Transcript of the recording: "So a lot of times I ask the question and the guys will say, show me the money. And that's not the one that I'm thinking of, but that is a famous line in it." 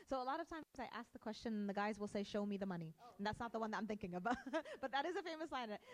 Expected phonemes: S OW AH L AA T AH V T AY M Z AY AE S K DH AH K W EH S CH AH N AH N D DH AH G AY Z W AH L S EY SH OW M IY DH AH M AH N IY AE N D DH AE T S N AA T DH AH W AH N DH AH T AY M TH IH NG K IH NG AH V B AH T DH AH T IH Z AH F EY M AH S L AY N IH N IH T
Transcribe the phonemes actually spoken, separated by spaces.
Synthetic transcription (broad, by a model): S OW AH L AA T AH V T AY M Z AY AE S K DH AH K W EH S CH AH N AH N DH AH G AY Z W AH L S EY SH OW M IY DH AH M AH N IY N DH AE T S N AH T DH AH W AH N DH AH T AY M TH IH NG K IH NG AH B B AH T DH AH T IH Z AH F EY M AH S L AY IH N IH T